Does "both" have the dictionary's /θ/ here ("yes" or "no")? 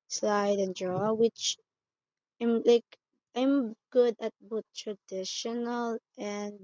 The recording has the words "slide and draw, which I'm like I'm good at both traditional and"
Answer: no